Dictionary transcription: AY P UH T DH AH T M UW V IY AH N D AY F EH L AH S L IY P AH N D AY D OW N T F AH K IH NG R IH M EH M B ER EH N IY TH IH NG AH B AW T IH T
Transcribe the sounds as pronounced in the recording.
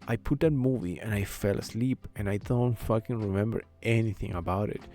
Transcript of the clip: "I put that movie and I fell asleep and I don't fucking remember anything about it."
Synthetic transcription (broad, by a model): AY P UH T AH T M UW V IY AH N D AY F EH L AH S L IY P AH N AY D OW N T F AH K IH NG R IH M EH M B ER EH N IY TH IH NG AH B AW T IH T